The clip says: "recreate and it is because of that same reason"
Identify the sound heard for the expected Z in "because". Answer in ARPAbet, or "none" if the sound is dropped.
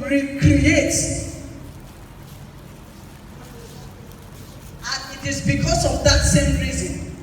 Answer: S